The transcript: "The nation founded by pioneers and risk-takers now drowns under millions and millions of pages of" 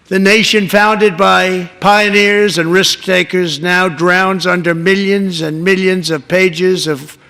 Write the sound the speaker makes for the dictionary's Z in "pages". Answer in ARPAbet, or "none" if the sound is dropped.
Z